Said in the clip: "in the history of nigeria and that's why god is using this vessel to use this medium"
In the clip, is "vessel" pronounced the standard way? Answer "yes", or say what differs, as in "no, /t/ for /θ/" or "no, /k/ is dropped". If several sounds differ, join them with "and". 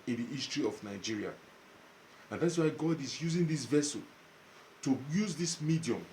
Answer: yes